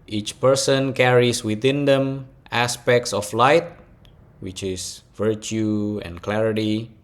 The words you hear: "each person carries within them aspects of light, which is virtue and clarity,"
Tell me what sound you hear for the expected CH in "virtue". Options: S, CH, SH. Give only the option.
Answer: CH